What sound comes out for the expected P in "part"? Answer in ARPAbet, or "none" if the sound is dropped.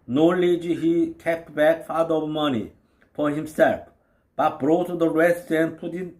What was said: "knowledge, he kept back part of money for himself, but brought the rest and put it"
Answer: F